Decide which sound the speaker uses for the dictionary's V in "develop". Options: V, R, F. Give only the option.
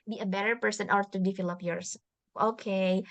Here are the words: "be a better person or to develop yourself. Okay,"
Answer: F